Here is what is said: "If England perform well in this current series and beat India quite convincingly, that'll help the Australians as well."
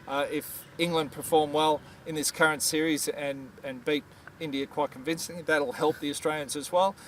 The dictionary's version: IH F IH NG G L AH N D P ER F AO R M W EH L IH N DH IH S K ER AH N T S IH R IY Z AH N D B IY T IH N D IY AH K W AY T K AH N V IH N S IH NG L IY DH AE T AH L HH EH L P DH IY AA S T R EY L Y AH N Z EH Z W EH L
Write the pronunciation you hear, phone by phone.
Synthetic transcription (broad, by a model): IH F IH NG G L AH N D P ER F AO R M W EH L IH N DH IH S K ER AH N T S IH R IY Z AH N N B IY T IH N D IY AH K W AY T K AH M V IH N S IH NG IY DH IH T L HH EH L P DH IY AA S T R EY L Y AH N Z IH Z W EH L